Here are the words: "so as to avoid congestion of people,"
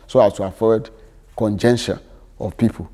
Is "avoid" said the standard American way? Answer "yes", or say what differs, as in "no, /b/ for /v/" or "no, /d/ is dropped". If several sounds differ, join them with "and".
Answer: no, /f/ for /v/